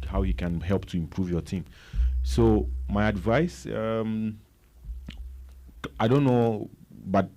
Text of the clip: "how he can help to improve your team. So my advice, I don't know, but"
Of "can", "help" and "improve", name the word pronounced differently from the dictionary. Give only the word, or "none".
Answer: none